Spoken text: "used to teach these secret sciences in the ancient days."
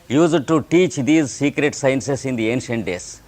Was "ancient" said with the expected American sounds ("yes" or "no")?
yes